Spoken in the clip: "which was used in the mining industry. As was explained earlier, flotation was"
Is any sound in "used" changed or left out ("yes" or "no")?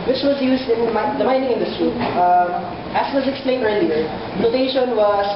no